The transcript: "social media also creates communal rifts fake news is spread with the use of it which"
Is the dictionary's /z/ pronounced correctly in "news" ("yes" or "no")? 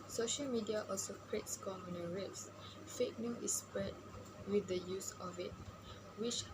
no